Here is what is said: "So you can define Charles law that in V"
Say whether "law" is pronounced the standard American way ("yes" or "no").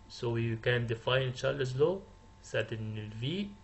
yes